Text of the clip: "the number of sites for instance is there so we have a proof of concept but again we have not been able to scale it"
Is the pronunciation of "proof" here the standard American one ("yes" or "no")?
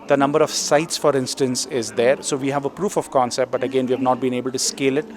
yes